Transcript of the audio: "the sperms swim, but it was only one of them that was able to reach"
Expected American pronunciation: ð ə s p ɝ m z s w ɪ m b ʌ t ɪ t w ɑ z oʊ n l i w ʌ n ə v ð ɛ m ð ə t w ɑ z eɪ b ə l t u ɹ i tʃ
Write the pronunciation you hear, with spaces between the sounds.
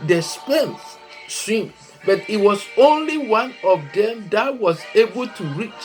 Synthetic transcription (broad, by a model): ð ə s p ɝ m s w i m b ʌ t ɪ t w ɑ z oʊ n l i w ʌ n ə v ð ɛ m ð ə t w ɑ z eɪ b ə l t u ɹ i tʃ